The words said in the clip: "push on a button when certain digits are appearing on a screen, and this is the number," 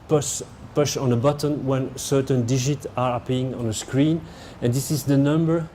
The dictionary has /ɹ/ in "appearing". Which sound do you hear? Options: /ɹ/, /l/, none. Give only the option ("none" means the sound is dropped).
none